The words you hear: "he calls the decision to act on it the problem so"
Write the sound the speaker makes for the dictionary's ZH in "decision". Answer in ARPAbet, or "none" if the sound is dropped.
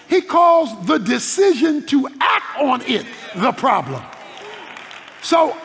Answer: ZH